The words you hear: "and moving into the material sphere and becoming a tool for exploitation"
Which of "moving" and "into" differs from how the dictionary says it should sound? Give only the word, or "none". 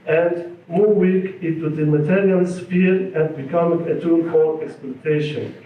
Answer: moving